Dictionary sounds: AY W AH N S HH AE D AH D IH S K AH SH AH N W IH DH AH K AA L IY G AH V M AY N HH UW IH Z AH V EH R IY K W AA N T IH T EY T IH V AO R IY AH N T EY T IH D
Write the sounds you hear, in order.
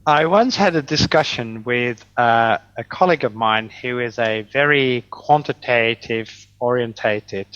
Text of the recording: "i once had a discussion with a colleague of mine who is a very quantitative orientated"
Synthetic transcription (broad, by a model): AY W AH N S HH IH D AH D IH S K AH SH AH N W IH DH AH K AA L IY G AH V M AY N HH UW IH Z AH V EH R IY K W AA N T IH T EY T IH V AO R IY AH N T EY T IH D